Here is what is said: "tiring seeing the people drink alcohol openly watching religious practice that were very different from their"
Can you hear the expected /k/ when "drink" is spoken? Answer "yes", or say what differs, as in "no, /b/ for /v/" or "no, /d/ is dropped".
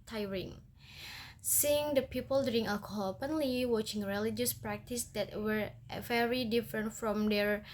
no, /k/ is dropped